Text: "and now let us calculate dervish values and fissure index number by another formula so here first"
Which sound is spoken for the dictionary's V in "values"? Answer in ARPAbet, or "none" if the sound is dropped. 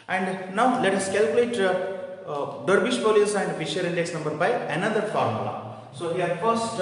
P